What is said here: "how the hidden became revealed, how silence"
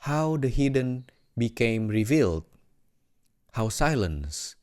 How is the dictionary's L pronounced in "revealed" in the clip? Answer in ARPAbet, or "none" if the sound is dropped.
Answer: L